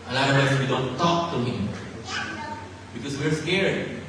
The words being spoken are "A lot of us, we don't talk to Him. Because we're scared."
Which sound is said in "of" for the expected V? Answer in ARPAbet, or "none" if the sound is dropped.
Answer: W